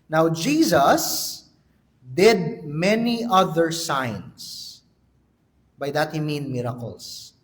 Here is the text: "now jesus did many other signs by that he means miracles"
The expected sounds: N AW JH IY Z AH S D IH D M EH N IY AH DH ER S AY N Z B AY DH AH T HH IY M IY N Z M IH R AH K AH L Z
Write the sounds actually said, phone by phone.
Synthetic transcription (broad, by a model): N AW JH IY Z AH S D IH D M EH N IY AH DH ER S AY N S B AY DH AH T HH IY M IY N M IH R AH K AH L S